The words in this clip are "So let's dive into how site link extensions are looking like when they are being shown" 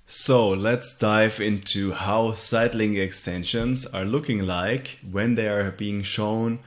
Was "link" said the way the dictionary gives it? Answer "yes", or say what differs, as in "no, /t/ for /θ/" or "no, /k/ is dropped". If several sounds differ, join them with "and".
no, /k/ is dropped